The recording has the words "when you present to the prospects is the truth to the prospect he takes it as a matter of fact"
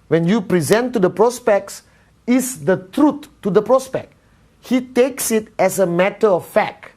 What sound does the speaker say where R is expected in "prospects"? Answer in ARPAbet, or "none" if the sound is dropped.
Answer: R